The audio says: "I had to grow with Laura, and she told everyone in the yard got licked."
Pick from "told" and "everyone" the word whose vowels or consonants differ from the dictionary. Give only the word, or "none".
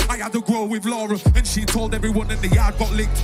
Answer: none